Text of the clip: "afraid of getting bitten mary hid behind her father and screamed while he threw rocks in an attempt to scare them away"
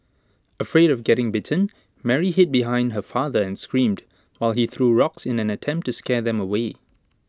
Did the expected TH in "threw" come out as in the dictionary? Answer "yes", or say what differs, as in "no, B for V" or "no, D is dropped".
yes